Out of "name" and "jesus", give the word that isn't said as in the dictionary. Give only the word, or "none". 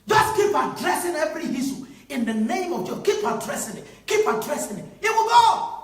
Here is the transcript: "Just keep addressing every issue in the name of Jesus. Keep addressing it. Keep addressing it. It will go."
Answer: jesus